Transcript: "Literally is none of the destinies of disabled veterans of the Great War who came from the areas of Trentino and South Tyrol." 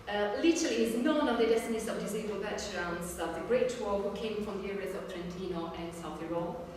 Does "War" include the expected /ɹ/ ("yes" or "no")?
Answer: no